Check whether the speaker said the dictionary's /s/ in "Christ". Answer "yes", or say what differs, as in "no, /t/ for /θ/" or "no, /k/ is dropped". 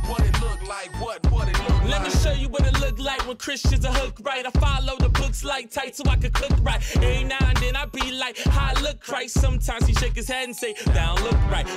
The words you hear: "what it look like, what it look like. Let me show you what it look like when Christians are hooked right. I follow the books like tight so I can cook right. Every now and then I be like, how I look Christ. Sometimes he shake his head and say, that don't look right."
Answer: no, /s/ is dropped